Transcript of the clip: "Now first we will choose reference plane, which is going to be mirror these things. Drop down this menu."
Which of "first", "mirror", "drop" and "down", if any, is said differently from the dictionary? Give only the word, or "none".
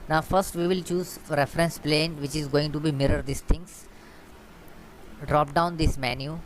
none